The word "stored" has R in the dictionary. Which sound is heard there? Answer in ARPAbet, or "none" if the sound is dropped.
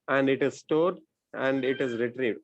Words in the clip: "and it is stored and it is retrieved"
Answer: R